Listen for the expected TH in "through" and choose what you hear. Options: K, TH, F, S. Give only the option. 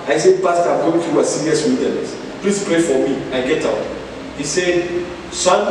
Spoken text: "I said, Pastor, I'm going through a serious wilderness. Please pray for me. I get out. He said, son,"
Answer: F